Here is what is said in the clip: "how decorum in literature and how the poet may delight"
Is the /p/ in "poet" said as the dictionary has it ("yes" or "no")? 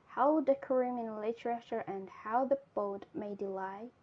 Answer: no